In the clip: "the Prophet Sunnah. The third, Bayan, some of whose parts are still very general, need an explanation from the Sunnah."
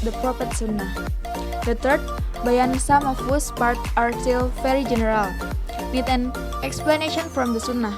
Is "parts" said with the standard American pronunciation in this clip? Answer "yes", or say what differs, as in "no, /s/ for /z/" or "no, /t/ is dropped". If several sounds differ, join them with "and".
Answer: no, /s/ is dropped